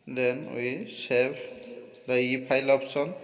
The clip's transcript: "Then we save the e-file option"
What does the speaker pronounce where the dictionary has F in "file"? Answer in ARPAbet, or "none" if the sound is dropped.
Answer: P